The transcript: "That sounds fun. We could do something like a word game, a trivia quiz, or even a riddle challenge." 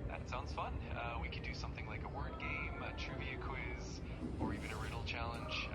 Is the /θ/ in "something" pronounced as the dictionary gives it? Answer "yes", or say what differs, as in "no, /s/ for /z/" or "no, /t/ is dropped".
yes